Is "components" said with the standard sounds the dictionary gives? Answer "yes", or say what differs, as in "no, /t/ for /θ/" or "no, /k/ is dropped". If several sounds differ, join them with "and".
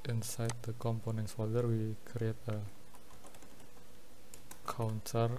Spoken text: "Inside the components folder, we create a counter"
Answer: yes